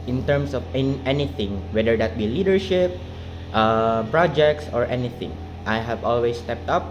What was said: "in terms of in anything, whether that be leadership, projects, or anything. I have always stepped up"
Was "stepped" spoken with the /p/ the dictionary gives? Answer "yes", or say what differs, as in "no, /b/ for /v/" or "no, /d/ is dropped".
yes